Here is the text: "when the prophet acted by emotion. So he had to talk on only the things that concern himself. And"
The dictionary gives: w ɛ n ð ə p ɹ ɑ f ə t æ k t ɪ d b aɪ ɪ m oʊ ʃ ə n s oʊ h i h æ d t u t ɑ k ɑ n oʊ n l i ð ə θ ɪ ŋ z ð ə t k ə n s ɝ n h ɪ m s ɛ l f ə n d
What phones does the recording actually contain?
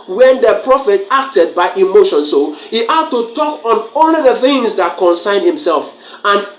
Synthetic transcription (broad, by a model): w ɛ n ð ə p ɹ ɑ f ə t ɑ k t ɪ d b aɪ ɪ m oʊ ʃ ə n s oʊ h i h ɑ d t u t ɑ k ɑ n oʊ l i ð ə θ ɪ ŋ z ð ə t k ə n s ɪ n h ɪ m s ɛ l f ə n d